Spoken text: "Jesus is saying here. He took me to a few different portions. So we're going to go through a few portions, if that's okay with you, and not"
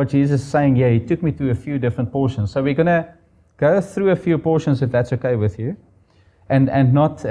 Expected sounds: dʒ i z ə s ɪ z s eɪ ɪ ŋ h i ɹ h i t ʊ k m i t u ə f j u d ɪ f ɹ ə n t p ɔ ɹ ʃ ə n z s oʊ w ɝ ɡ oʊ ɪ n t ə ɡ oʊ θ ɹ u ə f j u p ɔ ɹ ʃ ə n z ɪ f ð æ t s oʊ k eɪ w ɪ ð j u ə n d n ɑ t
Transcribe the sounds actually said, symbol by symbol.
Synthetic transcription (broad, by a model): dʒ i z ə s s eɪ ɪ ŋ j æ h i t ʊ k m i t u ə f j u d ɪ f ɹ ə n t p ɔ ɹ ʃ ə n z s oʊ w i ɡ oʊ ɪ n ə ɡ oʊ θ ɹ u ə f j u p ɔ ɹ ʃ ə n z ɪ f ð æ t s oʊ k eɪ w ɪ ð j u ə n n n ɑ t